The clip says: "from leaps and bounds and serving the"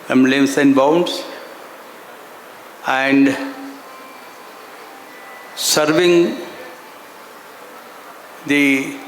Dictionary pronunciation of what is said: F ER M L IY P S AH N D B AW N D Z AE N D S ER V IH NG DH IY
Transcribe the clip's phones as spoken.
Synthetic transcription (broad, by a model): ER M L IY S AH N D B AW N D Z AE N D S ER V IH NG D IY